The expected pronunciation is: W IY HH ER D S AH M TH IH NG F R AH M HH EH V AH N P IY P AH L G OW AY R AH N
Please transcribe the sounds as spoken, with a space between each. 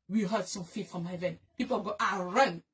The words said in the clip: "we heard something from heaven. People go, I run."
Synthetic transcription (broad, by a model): W IY HH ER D S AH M F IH F R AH M HH EH V AH N P IY P AH L G OW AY R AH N